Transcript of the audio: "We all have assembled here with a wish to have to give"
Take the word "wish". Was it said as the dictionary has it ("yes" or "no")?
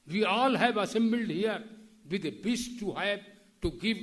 no